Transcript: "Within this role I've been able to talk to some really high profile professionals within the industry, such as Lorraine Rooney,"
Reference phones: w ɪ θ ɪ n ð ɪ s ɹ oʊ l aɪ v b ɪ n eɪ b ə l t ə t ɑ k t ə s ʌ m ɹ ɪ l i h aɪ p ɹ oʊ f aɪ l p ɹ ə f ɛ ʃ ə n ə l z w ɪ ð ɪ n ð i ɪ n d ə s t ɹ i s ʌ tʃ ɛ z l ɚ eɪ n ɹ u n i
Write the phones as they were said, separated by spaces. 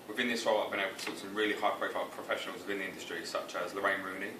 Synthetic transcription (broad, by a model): w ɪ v ɪ n ð ɪ s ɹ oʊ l aɪ v b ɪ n eɪ b ə l t ə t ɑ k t s ʌ m ɹ ɪ l i h aɪ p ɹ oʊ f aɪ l p ɹ ə f ɛ ʃ ə n ə l z w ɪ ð ɪ n ð i ɪ n d ə s t ɹ i s ʌ tʃ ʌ z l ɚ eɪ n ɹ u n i